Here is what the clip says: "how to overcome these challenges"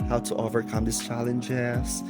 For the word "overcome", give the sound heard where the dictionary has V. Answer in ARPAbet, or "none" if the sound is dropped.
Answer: V